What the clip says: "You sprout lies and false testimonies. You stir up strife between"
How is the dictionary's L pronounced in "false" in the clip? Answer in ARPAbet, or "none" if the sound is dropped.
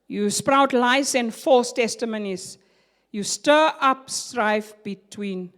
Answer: none